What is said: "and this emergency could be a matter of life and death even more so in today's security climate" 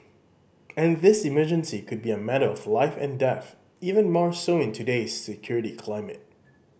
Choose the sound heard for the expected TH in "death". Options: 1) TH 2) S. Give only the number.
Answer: 1